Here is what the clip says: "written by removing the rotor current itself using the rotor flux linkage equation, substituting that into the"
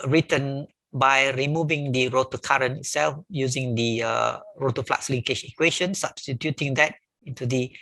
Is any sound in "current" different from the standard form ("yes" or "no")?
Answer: yes